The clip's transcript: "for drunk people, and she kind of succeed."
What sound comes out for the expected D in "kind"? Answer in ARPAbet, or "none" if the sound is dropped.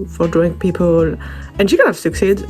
none